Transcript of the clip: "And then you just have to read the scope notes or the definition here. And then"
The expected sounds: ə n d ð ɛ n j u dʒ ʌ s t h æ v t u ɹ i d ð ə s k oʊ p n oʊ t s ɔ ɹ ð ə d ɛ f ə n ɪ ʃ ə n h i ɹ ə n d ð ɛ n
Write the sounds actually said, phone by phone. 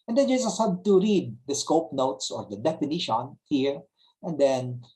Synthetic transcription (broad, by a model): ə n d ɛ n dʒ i z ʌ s h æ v t u ɹ i d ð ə s k oʊ p n oʊ t s ɔ ɹ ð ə d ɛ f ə n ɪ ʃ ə n h i ɹ ə n d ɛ n